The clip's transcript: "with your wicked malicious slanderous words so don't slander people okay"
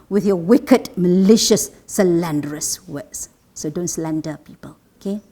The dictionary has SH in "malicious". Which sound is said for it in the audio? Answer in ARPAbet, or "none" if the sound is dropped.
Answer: SH